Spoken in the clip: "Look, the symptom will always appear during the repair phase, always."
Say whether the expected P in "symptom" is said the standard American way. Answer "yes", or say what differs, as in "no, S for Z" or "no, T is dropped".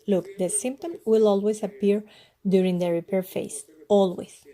yes